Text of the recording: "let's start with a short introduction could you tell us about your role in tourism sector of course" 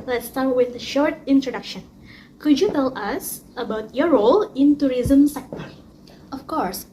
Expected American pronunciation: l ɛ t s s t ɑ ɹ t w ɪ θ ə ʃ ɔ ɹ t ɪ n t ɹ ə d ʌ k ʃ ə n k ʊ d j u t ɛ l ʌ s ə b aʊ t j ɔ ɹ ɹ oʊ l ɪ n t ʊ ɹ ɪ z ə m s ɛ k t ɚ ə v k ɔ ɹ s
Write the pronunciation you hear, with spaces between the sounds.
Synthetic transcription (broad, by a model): l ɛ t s s t ɑ ɹ t w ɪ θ ə ʃ ɔ ɹ t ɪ n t ɹ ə d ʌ k ʃ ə n k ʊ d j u t ɛ l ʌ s ə b aʊ t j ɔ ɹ ɹ oʊ l ɪ n t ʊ ɹ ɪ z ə m s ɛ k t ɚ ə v k ɔ ɹ s